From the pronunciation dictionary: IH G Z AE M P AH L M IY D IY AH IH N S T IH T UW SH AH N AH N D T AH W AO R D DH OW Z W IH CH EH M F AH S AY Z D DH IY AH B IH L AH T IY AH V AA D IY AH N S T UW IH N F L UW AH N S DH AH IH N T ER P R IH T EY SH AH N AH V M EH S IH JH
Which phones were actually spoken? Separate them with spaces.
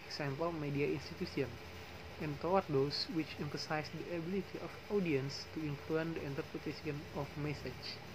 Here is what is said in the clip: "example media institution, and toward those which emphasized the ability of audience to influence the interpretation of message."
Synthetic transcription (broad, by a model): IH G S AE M P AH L M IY D IY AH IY N S T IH T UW S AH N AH N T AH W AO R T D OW S W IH CH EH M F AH S AY S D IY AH B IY L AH T IY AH F AA D IY AH N S T UW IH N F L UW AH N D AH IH N T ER P R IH T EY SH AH N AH F M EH S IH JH